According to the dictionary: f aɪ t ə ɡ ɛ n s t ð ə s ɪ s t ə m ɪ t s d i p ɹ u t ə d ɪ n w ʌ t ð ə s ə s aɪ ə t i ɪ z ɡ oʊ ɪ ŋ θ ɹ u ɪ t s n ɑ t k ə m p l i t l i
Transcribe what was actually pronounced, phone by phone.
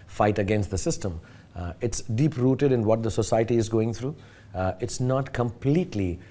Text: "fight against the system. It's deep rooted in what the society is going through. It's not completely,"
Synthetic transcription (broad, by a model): f aɪ t ə ɡ ɛ n s t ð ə s ɪ s t ə m ɪ t s d i p ɹ u t ə d ɪ n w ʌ t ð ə s ə s aɪ ə t i ɪ z ɡ oʊ ɪ ŋ t ɹ u ɪ t s n ɑ t k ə m p l i t l i